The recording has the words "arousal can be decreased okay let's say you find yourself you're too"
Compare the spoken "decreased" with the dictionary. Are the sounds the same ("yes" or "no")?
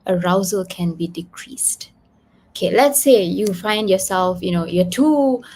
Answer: yes